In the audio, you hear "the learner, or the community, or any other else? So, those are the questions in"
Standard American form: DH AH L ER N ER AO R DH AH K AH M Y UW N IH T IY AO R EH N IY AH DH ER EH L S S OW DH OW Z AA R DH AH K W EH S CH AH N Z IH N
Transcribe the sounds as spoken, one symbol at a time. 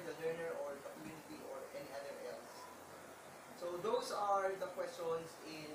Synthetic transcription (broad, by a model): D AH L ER N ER AO R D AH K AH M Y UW N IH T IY AO R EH N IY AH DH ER EH L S S OW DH OW S AA R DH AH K W EH S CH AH N S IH N